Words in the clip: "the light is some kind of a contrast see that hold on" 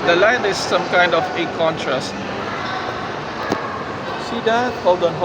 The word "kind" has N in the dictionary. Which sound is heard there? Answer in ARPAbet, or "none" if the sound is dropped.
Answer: N